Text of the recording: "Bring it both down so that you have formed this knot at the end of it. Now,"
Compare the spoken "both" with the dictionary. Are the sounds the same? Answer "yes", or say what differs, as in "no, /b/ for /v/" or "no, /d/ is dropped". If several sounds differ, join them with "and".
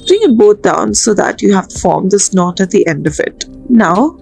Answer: no, /t/ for /θ/